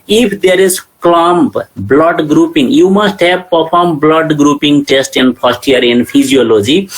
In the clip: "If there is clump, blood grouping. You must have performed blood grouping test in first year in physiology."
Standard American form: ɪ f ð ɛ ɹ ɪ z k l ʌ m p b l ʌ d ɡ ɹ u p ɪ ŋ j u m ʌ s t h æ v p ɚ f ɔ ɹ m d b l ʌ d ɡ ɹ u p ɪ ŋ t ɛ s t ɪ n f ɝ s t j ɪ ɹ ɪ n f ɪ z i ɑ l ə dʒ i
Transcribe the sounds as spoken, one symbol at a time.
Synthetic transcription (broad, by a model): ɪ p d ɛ ɹ ɪ z k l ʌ m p b l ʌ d ɡ ɹ u p ɪ ŋ j u m ʌ s t h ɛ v p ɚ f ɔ ɹ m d b l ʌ d ɡ ɹ u p ɪ ŋ t ɛ s t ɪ n p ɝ s t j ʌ ɹ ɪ n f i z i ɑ l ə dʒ i